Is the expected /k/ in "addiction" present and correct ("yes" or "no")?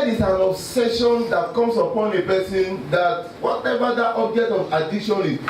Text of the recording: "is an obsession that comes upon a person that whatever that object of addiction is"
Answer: no